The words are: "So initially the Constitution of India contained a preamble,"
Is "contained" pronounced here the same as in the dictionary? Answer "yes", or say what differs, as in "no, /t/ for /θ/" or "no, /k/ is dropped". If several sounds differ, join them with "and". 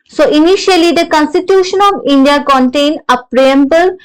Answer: no, /d/ is dropped